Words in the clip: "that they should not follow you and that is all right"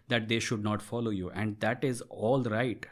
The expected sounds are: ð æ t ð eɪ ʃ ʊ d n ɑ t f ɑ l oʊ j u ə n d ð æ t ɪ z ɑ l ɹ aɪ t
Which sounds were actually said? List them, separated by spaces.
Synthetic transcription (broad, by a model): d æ t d eɪ ʃ ʊ d n ɑ t f ɑ l oʊ j u ə n d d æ t ɪ z ɑ l ɹ aɪ t